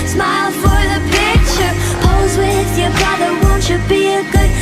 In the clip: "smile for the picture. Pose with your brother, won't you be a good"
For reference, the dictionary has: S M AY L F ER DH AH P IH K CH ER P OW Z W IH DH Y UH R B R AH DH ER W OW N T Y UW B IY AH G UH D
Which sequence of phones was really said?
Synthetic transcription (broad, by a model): S M AY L F ER DH AH P IH K CH ER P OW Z W IH DH Y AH R B R AH DH ER W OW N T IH B IY AH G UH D